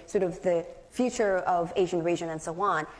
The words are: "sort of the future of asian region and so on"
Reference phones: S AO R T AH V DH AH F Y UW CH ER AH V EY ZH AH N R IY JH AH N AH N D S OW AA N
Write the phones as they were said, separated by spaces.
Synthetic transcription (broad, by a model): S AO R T AH V DH AH F Y UW CH ER AH V EY ZH AH N R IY ZH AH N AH N S OW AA N